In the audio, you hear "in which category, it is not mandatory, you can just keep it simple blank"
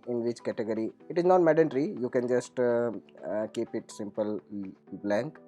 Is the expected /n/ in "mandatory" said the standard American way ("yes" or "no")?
no